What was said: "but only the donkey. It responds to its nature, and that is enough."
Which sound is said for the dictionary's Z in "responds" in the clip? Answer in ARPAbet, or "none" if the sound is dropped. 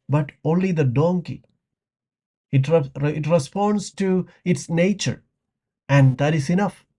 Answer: S